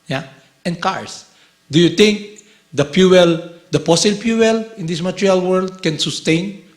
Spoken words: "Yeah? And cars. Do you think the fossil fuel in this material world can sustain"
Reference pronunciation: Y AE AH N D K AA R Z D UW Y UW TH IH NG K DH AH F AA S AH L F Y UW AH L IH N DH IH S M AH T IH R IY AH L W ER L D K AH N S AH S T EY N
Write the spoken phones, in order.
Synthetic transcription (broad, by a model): Y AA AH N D K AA R S D UW Y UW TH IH NG K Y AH P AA S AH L P Y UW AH L IH N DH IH S M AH T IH R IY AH L W ER L D K AH N S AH S T EY N